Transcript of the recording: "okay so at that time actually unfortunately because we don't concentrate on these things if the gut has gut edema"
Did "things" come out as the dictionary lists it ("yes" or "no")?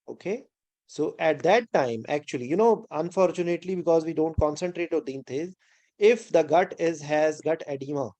no